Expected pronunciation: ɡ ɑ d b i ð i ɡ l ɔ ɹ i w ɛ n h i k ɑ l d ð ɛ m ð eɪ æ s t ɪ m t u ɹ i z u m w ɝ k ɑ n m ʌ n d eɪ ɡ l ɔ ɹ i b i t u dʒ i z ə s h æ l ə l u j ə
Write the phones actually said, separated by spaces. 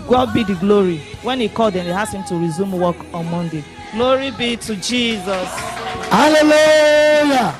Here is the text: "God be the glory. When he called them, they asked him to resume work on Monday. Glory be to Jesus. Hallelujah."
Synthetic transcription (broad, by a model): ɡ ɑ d b i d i ɡ l ɔ ɹ i w ɛ n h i k ɑ l d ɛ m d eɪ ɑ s ɪ m t u ɹ i z u m w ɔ k ɑ n m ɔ n d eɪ ɡ l ɔ ɹ i b i t u dʒ i z ə s h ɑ l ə l u j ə